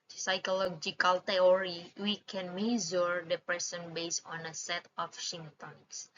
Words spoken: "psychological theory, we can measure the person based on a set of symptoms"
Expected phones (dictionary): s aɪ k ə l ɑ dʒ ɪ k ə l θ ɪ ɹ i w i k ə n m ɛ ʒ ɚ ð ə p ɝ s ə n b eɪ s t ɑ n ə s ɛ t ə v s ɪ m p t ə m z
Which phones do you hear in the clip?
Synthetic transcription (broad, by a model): s aɪ k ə l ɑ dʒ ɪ k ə l t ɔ ɹ i w i k ə n m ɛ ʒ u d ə p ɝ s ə n b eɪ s ɑ n ə s ɛ t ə f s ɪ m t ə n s